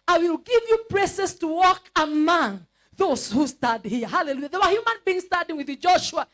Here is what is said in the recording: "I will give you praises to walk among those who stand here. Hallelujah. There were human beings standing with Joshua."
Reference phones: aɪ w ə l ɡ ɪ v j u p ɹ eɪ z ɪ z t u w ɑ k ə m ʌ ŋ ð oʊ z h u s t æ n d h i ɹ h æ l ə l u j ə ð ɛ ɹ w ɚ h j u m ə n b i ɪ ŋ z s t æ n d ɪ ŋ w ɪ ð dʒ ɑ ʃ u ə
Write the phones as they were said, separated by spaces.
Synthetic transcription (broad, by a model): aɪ w ə l ɡ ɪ v j u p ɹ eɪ s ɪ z t u w ɑ k ə m ʌ ŋ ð oʊ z h u s t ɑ d h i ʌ h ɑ l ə l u j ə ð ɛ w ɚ h j u m ə n b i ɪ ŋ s t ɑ d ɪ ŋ w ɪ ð dʒ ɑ ʃ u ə